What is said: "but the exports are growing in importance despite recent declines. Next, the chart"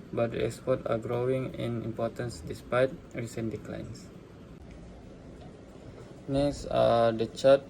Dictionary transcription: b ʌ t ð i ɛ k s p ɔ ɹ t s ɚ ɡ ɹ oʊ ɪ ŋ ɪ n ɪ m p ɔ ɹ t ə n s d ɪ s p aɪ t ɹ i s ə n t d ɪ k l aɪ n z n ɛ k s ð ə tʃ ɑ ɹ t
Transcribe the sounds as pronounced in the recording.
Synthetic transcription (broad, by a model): b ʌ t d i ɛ k s p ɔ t ɑ ɡ ɹ oʊ ɪ ŋ ɪ n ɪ m p ɔ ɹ t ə n s d ɪ s p aɪ t ɹ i s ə n d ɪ k l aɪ n s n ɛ s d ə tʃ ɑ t